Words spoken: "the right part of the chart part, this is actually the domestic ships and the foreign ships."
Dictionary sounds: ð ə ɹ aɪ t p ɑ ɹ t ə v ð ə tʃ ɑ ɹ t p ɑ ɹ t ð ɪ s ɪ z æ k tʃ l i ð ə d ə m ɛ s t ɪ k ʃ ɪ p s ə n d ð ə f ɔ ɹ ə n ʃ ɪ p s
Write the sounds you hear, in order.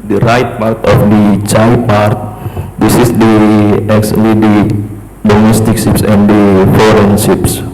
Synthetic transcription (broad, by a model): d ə ɹ aɪ t p ɑ ɹ t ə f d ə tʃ ɑ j p ɑ ɹ t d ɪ s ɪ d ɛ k s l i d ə d ə m ɛ s t ɪ k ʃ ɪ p s ə n d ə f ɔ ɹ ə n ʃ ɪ p s